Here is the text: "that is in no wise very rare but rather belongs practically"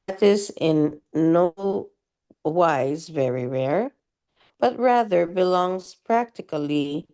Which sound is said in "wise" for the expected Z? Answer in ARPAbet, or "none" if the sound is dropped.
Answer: Z